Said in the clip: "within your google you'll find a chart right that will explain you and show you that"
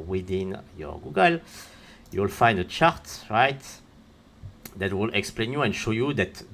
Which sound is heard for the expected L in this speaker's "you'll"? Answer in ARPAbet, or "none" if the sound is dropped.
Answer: L